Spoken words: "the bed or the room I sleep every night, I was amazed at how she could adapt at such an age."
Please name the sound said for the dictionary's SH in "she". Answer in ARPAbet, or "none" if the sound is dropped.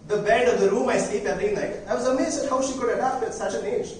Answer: SH